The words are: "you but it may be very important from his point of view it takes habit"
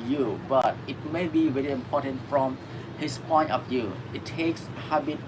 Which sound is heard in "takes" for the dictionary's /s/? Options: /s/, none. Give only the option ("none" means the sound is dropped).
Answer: /s/